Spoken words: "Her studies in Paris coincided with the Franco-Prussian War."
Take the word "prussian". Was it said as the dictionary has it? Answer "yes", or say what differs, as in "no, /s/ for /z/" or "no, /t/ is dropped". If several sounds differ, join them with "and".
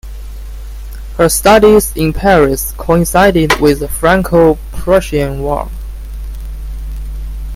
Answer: yes